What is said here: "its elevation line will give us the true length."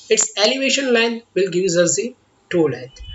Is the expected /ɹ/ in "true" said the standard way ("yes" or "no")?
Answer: no